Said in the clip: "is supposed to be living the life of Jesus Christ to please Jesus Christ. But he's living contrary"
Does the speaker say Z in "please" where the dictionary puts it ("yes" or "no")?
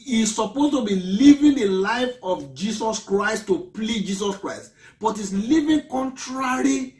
no